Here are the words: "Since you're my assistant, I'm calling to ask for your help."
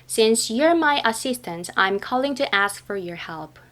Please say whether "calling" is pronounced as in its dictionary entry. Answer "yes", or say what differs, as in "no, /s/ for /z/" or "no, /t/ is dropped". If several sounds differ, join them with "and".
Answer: yes